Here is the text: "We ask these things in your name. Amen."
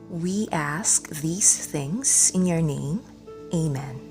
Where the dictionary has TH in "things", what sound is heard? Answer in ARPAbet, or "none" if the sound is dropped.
TH